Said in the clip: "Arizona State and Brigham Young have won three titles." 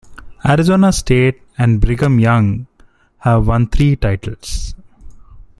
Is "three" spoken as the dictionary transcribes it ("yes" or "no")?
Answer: no